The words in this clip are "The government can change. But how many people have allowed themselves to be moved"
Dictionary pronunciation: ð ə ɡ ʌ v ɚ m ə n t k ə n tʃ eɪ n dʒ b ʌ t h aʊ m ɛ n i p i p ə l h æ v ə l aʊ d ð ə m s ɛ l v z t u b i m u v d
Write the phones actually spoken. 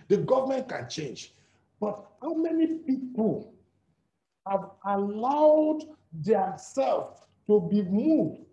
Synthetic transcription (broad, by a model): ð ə ɡ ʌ v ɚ m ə n t k ə n tʃ eɪ n dʒ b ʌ t h aʊ m ɛ n i p i p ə l h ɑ v ə l aʊ d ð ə s ɛ l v t u b i m u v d